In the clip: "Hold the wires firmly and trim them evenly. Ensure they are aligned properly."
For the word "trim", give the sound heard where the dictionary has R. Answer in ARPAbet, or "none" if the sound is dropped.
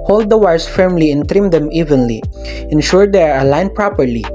R